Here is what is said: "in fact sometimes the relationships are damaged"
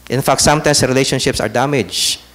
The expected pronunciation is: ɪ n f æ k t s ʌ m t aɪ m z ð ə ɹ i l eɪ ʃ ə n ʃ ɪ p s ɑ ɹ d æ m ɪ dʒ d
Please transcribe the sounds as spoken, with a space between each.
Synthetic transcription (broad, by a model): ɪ n f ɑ k t s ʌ m t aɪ m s ɹ i l eɪ ʃ ə n ʃ ɪ p s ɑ ɹ d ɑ m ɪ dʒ